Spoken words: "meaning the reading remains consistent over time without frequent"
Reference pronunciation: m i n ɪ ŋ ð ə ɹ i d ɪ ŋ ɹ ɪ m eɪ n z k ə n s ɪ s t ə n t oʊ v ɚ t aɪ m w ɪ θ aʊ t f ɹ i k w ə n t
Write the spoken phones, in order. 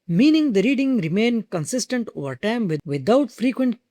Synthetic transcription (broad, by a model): m i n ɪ ŋ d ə ɹ i d ɪ ŋ ɹ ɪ m eɪ n k ə n s ɪ s t ə n t oʊ v ɚ t aɪ m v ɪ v aʊ t f ɹ i k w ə n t